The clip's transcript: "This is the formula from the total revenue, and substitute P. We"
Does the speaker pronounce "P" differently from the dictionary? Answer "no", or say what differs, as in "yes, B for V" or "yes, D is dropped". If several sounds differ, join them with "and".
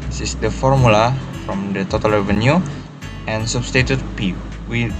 no